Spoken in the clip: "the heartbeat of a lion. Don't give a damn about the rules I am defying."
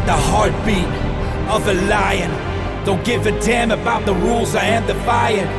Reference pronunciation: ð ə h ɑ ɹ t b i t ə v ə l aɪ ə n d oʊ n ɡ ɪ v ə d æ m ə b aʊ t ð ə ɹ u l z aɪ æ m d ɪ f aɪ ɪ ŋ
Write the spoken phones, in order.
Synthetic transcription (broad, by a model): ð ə h ɑ ɹ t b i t ə v ə l aɪ ə n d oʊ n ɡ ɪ f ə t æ m ə b aʊ t ð ə ɹ u l z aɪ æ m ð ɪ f aɪ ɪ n